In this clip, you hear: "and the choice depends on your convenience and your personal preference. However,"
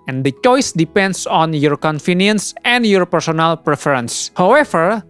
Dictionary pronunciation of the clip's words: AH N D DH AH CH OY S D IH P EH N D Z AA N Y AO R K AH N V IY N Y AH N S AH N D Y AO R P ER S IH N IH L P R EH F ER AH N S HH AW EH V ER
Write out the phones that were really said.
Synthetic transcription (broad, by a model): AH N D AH CH OY S D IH P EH N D S AA N Y AO R K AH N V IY N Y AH N S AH N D Y AO R P ER S IH N IH L P R EH F ER AH N S HH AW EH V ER